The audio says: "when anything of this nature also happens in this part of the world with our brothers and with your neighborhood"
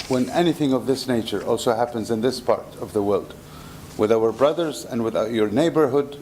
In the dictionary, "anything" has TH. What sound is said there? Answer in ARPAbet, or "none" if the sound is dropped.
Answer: TH